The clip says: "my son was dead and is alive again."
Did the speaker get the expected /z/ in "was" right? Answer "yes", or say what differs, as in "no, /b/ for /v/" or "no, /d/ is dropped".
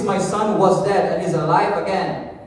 yes